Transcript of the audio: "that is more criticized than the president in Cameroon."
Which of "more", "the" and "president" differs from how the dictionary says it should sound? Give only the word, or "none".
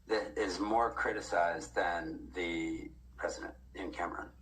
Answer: none